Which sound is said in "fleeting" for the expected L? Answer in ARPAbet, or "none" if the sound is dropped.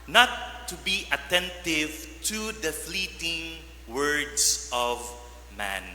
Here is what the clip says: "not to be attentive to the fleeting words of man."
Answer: L